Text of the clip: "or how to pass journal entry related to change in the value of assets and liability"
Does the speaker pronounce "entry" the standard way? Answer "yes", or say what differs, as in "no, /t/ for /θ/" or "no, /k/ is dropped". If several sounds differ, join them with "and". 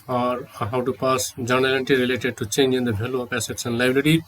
no, /ɹ/ is dropped